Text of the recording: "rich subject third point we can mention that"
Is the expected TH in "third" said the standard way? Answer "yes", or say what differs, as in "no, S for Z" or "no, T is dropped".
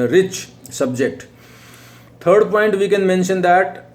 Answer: no, T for TH